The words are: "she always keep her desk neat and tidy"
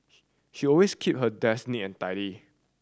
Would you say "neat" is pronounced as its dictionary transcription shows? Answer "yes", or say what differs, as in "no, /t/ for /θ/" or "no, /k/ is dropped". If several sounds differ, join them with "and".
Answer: no, /t/ is dropped